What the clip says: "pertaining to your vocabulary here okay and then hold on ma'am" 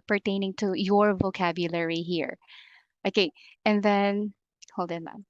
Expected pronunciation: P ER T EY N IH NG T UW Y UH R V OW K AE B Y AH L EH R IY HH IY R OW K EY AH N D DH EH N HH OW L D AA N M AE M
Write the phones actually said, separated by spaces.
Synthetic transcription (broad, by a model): P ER T EY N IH NG T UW Y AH R V OW K AE B Y AH L EH R IY HH IY R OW K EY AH N DH EH N HH OW L D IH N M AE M